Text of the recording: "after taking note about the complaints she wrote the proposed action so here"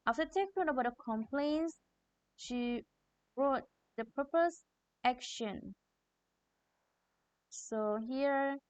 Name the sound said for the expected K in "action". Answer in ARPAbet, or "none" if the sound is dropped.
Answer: K